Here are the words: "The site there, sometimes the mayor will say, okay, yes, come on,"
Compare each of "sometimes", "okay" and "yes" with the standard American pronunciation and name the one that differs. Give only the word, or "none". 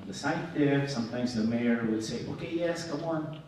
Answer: none